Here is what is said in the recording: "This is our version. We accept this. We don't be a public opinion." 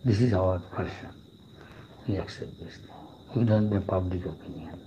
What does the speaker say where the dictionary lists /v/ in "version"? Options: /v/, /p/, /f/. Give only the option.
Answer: /p/